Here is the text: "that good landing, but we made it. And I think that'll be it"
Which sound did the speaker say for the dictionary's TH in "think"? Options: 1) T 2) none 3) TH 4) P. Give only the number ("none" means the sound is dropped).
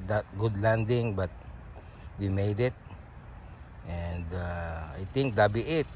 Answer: 1